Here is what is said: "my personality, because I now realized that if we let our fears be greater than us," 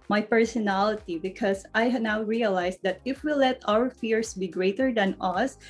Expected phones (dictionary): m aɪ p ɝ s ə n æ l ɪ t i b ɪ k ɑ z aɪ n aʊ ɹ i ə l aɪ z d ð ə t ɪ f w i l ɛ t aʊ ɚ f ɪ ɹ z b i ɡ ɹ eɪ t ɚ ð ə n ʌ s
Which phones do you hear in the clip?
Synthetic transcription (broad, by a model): m aɪ p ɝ s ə n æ l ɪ t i b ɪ k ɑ s aɪ n aʊ ɹ i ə l aɪ s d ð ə t ɪ f w i l ɛ t aʊ ɚ f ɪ ɹ s b i ɡ ɹ eɪ t ɚ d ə n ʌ s